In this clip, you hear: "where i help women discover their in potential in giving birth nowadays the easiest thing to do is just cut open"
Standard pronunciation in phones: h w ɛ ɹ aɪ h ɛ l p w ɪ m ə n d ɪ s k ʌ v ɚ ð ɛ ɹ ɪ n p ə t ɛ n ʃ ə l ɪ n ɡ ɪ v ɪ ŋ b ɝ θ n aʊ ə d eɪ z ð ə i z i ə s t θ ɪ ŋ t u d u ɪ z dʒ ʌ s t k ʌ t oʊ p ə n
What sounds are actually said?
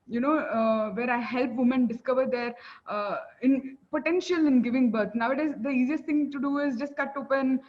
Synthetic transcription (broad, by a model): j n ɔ ɹ aɪ h ɛ l p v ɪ m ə n d ɪ s k ʌ v ɚ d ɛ ɹ ɪ n p ə t ɛ n ʃ ə l ɪ n ɡ ɪ v ɪ ŋ b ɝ t n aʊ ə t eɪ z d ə i z i ə s t t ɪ ŋ t u d u ɪ z dʒ ʌ s t k ʌ t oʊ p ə n